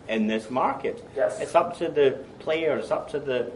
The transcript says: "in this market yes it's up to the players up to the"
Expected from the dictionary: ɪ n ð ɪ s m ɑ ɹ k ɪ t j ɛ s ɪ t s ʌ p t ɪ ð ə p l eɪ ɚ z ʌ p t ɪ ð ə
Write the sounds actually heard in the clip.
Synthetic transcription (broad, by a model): ɪ n ð ɪ s m ɑ ɹ k ɪ t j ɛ ɪ t s ʌ p t ɪ ð ə p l eɪ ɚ s ʌ p t ɪ ð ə